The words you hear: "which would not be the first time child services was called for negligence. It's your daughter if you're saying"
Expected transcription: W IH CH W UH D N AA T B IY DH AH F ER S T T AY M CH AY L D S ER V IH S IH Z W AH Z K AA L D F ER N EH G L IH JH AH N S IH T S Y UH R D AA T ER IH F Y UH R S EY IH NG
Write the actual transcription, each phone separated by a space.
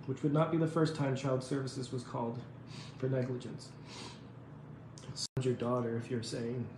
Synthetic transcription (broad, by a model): W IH CH W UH D N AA T B IY DH AH F ER S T T AY M CH AY L D S ER V IH S IH Z W AH Z K AA L D F ER N EH G L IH JH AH N S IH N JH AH R D AA T ER IH F Y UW R S EY IH NG